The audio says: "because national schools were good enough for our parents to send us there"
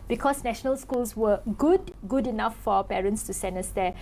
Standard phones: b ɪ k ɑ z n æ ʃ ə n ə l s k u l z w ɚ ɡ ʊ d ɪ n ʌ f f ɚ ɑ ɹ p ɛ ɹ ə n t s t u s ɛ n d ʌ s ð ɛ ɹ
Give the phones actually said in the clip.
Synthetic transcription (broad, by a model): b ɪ k ɑ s n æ ʃ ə n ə l s k u l s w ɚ ɡ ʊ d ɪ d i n f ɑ p ɛ ɹ ə n t s t u s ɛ n ʌ s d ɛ